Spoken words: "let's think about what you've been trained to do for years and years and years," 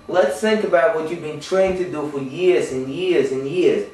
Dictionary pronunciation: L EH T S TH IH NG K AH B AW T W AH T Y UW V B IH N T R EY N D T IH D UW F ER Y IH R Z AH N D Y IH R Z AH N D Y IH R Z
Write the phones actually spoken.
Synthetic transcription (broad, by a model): L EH T S TH IH NG K AH B AW T W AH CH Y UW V B IH N T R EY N T IH D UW F ER Y IH R Z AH N Y IH R Z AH N Y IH R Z